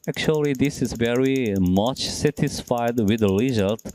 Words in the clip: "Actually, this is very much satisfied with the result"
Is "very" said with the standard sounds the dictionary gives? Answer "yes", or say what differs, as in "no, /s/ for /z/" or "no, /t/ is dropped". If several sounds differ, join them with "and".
yes